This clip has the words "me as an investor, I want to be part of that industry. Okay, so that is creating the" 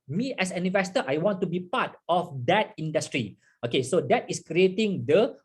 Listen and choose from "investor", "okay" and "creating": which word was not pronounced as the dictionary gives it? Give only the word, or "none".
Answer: investor